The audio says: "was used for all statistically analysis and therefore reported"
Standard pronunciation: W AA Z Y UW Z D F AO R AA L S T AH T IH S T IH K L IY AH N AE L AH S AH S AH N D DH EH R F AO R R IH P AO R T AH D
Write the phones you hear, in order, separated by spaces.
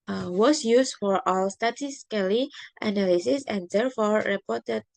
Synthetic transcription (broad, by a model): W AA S Y UW S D F AO R AA L S T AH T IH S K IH L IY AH N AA L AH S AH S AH N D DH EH R F AO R R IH P AO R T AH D